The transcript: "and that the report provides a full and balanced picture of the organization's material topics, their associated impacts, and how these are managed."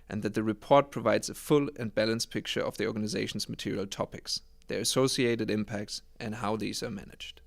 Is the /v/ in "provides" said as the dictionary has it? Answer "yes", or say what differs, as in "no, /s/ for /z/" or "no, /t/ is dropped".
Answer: yes